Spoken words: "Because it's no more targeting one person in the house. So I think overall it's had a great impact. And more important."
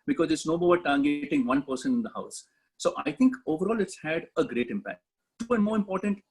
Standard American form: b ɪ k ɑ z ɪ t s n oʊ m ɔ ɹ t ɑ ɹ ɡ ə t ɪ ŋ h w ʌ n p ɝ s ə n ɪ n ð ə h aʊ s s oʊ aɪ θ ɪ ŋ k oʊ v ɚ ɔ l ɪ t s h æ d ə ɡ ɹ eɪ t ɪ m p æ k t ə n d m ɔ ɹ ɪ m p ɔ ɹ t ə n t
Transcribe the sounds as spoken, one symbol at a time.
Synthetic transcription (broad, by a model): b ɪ k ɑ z ɪ t s n oʊ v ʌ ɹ t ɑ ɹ ɡ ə t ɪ ŋ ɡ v ʌ n p ɝ s ə n ɪ n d ə h aʊ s s oʊ aɪ t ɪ ŋ k oʊ v ɚ ɔ l ɪ t s h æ d ə ɡ ɹ eɪ t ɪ m p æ k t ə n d m ɔ ɹ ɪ m p ɔ ɹ t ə n t